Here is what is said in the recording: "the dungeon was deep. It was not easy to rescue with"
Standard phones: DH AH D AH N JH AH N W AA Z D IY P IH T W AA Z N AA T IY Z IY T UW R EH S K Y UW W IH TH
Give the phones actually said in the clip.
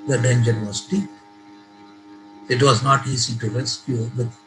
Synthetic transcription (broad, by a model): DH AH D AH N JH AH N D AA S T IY IH T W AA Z N AA T IY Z IY T UW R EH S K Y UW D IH